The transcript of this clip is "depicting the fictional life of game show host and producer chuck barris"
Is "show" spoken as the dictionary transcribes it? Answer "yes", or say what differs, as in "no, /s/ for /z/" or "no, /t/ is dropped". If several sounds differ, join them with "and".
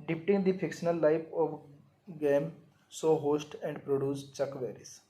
no, /s/ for /ʃ/